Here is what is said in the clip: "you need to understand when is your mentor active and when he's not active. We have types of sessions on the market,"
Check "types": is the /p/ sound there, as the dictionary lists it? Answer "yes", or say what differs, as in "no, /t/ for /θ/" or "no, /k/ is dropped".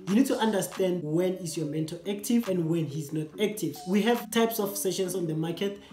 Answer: yes